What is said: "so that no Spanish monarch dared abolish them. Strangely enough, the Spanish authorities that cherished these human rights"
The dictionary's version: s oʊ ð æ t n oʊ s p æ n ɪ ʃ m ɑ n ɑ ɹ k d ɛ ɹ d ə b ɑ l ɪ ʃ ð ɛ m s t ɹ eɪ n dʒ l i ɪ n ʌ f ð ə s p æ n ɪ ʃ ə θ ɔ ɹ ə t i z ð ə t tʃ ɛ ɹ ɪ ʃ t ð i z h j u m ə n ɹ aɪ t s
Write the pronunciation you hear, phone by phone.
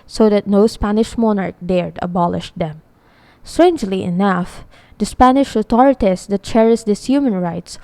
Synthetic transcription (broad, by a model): s oʊ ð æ t n oʊ s p æ n ɪ ʃ m ɑ n ɑ ɹ k d ɛ ɹ d ə b ɑ l ɪ ʃ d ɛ m s t ɹ eɪ n dʒ l i ɪ n ʌ f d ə s p æ n ɪ ʃ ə t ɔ ɹ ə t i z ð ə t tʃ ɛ ɹ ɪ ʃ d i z h j u m ə n ɹ aɪ t s